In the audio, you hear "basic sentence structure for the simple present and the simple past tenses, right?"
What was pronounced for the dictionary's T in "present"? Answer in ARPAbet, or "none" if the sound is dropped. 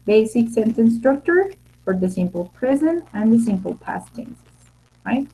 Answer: none